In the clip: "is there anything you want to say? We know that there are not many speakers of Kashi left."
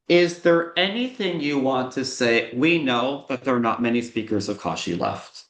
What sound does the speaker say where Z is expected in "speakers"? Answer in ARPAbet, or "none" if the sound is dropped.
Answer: Z